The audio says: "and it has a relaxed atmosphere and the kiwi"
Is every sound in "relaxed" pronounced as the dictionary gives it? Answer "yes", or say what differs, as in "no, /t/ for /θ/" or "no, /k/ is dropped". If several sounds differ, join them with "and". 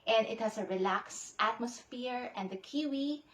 yes